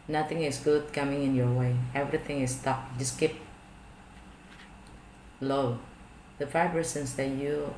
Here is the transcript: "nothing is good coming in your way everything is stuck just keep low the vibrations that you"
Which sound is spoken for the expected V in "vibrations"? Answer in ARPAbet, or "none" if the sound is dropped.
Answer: F